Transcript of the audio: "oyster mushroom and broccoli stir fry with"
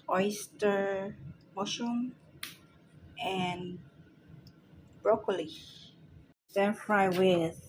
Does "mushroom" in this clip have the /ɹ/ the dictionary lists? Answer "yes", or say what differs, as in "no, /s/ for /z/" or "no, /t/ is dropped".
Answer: no, /ɹ/ is dropped